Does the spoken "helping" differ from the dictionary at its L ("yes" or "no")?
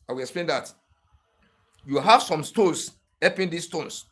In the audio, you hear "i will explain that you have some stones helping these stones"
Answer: yes